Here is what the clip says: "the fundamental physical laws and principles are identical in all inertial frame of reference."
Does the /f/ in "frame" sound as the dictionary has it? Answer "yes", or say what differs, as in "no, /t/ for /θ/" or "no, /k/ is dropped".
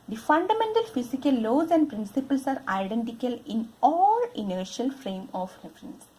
yes